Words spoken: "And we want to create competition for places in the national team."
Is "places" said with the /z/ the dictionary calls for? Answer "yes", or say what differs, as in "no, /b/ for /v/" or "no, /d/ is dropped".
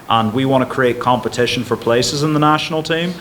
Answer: yes